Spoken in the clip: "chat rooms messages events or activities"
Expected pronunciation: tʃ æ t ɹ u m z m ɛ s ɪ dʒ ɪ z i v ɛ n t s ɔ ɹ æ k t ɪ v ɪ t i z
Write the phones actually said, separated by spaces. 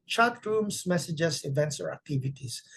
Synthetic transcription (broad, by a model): tʃ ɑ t ɹ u m s m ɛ s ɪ dʒ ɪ s i v ɛ n t s ɔ ɹ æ k t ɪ v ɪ t i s